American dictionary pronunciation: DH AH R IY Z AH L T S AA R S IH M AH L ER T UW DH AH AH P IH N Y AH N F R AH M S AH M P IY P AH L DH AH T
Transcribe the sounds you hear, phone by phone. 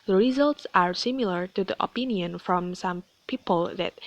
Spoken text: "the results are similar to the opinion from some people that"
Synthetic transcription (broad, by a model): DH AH R IY Z AH L T S AA R S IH M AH L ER T UW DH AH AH P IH N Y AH N F R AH M S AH M P IY P AH L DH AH T